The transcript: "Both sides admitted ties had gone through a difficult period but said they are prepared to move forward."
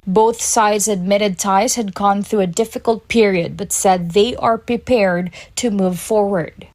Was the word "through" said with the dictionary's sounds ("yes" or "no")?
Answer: yes